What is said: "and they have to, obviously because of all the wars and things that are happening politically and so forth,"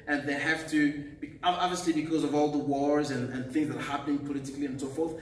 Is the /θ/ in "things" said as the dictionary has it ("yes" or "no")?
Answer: yes